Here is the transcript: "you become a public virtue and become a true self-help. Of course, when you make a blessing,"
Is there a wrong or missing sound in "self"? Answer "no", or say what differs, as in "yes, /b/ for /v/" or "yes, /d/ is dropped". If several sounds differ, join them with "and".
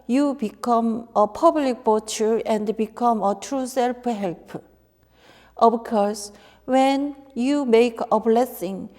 yes, /p/ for /f/